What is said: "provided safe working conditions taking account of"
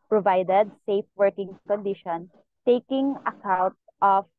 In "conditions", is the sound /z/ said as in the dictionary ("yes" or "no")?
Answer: no